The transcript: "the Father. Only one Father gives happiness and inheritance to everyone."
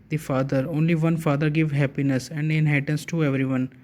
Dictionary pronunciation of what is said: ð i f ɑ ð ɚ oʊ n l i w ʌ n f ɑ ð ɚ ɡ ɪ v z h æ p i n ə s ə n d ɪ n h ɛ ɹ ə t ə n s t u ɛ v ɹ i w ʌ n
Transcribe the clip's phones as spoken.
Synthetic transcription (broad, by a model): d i f ɑ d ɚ oʊ n l i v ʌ n f ɑ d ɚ ɡ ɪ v h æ p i n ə s ə n d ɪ n h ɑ ə t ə n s t u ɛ v ɹ i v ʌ n